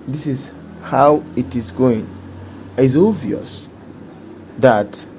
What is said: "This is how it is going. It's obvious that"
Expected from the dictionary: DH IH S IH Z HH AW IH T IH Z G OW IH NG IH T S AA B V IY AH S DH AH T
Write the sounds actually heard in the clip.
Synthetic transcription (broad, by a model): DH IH S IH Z HH AW IH T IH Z G OW IH NG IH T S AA V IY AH S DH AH T